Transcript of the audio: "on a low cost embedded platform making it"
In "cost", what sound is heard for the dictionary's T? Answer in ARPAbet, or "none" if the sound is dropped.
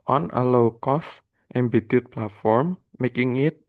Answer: T